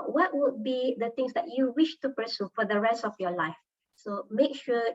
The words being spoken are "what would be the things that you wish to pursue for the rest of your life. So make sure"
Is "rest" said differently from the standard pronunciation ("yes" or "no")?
no